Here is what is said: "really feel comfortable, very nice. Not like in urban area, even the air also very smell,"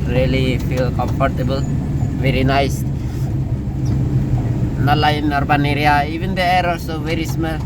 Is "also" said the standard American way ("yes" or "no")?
no